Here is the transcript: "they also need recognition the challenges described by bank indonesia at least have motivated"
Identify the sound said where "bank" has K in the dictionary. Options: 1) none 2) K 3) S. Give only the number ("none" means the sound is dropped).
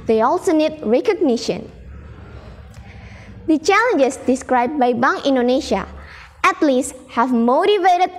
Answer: 1